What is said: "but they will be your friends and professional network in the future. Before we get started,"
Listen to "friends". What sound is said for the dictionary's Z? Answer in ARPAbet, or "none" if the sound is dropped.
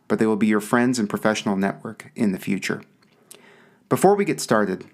Z